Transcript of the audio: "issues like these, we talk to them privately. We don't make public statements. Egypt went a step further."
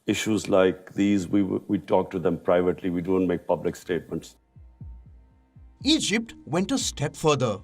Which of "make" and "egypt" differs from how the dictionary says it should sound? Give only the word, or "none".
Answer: none